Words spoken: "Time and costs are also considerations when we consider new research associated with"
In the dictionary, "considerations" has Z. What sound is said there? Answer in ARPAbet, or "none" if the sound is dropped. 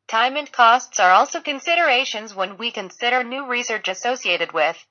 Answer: Z